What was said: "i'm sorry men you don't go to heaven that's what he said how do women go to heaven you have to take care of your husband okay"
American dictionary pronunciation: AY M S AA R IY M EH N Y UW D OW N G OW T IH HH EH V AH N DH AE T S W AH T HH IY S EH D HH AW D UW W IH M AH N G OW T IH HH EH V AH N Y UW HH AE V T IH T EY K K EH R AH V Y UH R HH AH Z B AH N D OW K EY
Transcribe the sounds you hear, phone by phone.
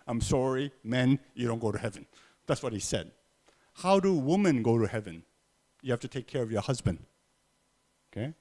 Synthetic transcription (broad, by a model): AY M S AA R IY M EH N Y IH D OW N G OW T IH HH EH V AH N DH AE T S W AH T HH IY S EH D HH AW D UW W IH M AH N G OW T IH HH EH V AH N Y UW HH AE F T IH T EY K K EH R AH V Y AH R HH AH Z B AH N D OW K EY